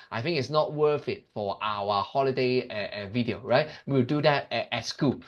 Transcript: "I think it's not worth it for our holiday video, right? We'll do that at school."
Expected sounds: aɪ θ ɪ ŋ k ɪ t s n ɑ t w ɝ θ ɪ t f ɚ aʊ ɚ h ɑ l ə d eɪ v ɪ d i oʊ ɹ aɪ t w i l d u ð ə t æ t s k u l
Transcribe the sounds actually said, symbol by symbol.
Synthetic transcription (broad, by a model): aɪ θ ɪ ŋ k ɪ t s n ɑ t w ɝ f ɪ t f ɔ aʊ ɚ h ɑ l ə d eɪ v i d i oʊ ɹ aɪ t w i d u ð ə t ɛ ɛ s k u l